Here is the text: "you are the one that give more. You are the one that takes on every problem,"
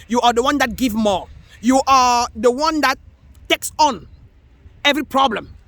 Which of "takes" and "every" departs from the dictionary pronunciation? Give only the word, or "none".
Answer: none